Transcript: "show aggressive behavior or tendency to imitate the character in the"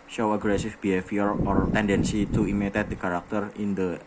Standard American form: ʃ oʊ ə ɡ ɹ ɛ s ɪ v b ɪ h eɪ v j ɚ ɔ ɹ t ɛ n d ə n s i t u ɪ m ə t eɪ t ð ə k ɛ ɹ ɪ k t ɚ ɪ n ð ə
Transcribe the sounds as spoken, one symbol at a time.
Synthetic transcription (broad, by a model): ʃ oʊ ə ɡ ɹ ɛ s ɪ f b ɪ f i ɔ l ɔ ɹ t ɛ n d ə n s i t u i m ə t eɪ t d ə k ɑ ɹ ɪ k t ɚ ɪ n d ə